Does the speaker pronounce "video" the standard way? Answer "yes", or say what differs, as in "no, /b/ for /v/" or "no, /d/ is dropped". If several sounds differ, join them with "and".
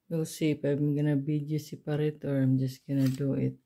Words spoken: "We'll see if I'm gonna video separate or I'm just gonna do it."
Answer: no, /b/ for /v/